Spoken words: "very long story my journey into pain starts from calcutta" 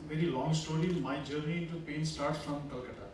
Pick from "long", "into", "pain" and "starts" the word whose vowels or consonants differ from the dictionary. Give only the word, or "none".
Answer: none